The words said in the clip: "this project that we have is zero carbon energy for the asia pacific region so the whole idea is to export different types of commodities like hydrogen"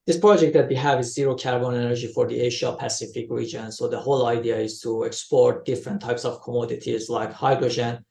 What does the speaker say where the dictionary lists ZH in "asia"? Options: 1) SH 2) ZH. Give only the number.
1